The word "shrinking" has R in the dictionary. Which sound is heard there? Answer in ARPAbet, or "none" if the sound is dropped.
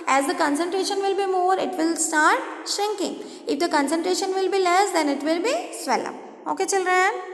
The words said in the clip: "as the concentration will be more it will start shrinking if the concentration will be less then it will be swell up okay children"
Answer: R